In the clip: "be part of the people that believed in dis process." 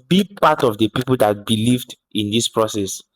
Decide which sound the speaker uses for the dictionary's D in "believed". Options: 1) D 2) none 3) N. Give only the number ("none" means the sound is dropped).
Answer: 1